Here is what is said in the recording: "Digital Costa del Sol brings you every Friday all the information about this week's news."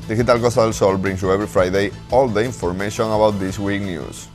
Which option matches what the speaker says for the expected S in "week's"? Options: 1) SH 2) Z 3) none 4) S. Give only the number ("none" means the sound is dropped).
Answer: 3